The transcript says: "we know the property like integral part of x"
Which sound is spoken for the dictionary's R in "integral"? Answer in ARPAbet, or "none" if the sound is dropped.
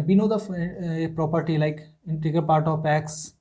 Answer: none